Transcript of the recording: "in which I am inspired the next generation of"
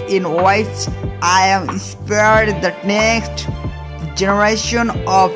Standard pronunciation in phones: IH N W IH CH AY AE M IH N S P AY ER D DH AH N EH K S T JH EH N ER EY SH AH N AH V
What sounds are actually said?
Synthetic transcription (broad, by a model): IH N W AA S AY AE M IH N S P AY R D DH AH N EH K S T JH EH N ER EY SH AH N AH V